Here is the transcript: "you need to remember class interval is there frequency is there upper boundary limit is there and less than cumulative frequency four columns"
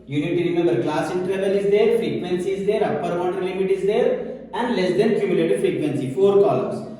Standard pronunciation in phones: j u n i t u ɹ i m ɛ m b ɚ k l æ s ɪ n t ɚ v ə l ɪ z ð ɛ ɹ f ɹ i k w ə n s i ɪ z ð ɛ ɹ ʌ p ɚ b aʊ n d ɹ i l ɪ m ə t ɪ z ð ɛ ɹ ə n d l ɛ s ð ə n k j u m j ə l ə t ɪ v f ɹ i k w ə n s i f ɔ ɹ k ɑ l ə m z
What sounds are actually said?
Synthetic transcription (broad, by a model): j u n i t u ɹ i m ɛ m b ɚ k l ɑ s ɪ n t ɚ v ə l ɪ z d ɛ ɹ f ɹ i k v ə n s i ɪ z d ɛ ɹ ʌ p ɚ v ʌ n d i l ɪ m ə t ɪ z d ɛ ɹ ə n d l ɛ s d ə n k j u m j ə l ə t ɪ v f ɹ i k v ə n s i f ɔ ɹ k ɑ l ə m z